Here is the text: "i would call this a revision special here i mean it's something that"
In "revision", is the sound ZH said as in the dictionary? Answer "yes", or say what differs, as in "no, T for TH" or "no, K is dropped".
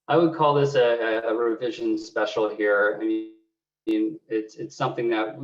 yes